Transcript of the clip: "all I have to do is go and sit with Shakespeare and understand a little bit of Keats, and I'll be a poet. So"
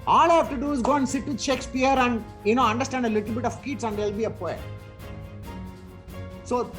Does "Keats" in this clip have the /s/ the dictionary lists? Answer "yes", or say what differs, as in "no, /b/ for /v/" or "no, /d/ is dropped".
yes